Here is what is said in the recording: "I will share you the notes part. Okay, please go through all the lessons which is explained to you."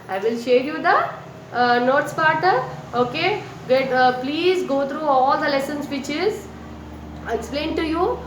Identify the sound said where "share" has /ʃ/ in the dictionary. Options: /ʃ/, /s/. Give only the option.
/ʃ/